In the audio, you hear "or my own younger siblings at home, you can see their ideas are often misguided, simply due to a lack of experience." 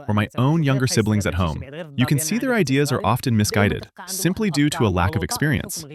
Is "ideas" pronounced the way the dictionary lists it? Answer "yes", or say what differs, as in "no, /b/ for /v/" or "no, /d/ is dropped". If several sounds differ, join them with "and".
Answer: yes